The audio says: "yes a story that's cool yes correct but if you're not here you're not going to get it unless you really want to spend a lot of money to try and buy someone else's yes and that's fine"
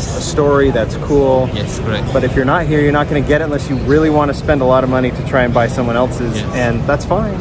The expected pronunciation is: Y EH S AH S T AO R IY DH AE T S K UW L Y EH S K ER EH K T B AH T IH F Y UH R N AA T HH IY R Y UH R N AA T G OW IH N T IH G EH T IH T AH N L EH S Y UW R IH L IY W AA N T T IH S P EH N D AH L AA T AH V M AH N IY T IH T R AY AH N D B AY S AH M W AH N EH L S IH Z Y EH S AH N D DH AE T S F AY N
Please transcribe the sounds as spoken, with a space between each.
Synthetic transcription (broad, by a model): AH S T AO R IY DH AE T S K UW L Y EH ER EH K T B AH T IH F Y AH R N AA T HH IY R Y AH R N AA T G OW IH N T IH G EH T IH T AH N L EH S Y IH R IH L IY W AA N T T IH S P EH N D AH L AA T AH V M AH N IY T IH T R AY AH N B AY S AH M W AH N EH L S IH Z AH N DH AE T S F AY N